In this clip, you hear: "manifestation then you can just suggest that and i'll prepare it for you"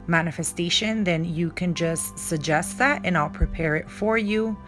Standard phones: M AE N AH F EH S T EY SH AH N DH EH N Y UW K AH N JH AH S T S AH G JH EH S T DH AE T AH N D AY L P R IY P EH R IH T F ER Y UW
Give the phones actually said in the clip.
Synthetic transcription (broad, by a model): M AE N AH F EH S T EY SH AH N DH EH N Y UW K AH N JH AH S T S AH G JH EH S T DH AE T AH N AY L P R IY P EH R IH T F ER Y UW